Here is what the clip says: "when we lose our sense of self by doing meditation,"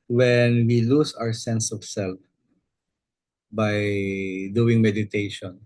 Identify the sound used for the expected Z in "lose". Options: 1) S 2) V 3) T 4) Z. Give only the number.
1